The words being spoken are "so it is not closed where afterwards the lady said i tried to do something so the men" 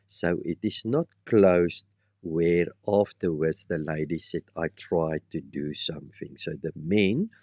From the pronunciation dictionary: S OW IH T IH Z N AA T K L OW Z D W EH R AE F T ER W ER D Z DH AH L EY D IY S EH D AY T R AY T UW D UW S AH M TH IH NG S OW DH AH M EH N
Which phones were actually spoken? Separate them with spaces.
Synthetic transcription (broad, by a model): S OW IH T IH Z N AA T K L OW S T W EH R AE F T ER W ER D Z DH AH L EY D IY S EH D AY T R AY T UW D UW S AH M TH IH NG S OW DH AH M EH N